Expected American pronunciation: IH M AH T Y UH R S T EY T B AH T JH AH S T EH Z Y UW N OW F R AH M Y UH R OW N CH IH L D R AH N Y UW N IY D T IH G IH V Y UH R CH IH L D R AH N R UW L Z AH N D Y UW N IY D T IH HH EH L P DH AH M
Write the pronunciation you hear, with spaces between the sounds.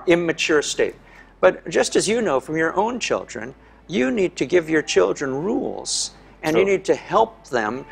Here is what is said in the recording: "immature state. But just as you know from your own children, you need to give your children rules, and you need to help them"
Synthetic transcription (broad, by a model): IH M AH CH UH R S T EY T B AH T ZH AH S T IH Z Y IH N OW F R AH M Y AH R OW N CH IH L D R AH N Y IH N IY D T IH G IH V Y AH R CH IH L D R AH N R UW L Z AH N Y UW N IY D T IH HH EH L P DH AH M